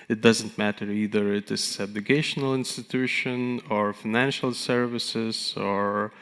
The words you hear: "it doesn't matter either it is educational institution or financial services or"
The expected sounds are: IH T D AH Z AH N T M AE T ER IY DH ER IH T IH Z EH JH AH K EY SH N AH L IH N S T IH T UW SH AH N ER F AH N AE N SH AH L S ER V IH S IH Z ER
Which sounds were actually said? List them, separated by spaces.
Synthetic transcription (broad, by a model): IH T D AH Z AH N T M AE T ER IY DH ER IH T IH S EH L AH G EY SH N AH L IH N S T IH T UW SH AH N ER F AH N AE N SH AH L S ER V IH S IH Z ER